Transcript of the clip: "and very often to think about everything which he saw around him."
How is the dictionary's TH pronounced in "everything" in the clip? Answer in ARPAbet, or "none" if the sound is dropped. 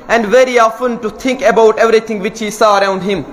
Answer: T